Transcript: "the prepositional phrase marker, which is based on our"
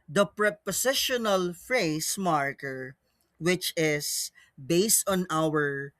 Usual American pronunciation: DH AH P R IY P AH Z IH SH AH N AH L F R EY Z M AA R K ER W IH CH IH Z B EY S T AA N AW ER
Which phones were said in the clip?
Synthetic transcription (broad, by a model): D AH P R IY P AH S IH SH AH N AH L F R EY S M AA R K ER W IH CH IH S B EY S T AA N AW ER